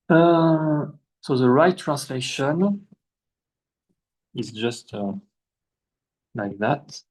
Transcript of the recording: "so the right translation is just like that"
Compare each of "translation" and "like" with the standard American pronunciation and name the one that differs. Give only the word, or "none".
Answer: none